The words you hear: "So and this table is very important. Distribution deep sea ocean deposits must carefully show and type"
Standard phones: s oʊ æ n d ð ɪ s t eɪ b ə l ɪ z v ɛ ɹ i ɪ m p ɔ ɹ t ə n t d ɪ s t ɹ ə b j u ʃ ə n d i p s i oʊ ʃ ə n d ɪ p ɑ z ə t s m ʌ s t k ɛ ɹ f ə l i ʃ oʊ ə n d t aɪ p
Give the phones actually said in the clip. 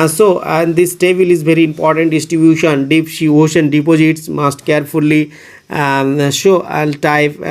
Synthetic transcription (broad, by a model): s oʊ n d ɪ s t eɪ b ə l ɪ z v ɛ ɹ i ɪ m p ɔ ɹ t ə n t d ɪ s t ɹ ə b j u ʃ ə n d i p ʃ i oʊ ʃ ə n d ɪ p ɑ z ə t s m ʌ s t k ɛ ɹ f ə l i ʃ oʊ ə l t aɪ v